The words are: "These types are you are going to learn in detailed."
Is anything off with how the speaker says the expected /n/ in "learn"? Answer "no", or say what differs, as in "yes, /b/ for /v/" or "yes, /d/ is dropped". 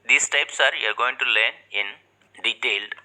yes, /n/ is dropped